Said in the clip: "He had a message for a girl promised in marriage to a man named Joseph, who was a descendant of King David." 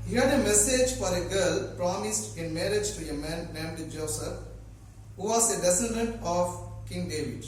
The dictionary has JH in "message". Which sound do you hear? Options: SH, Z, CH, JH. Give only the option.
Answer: JH